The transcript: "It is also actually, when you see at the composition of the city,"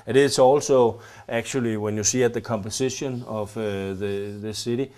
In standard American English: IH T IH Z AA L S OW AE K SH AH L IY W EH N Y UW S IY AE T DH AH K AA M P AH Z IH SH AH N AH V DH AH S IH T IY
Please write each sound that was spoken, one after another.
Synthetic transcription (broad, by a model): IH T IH S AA L S OW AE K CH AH L IY W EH N Y UW S IY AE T DH AH K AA M P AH S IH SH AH N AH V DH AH S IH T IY